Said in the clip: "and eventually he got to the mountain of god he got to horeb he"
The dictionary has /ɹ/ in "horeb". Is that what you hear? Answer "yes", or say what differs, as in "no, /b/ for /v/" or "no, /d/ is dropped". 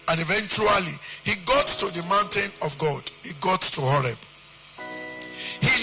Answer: yes